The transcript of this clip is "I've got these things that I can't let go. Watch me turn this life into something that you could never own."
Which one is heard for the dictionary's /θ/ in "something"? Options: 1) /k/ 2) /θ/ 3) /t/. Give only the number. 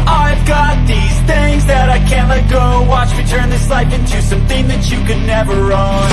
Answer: 2